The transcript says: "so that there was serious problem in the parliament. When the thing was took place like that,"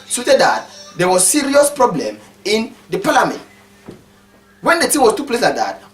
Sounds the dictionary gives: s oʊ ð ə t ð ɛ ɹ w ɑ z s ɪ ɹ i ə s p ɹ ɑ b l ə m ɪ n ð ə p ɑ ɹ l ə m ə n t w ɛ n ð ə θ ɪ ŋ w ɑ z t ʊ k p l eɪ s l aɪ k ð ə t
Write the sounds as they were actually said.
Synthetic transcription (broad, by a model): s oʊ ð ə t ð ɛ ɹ w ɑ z s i ɹ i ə s p ɹ ɑ b l ə m ɪ n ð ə p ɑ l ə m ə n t w ɛ n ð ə t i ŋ w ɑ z t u p l eɪ s l aɪ k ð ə t